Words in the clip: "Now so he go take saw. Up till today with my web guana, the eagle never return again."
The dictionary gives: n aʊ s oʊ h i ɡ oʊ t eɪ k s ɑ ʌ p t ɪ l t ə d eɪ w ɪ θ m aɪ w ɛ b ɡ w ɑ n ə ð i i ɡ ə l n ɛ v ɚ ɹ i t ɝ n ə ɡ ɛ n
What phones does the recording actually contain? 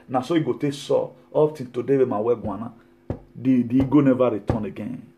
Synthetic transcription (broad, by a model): n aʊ s oʊ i ɡ oʊ t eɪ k s ɑ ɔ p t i n t ə d eɪ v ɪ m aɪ w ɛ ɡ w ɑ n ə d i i ɡ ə n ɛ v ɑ ɹ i t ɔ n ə ɡ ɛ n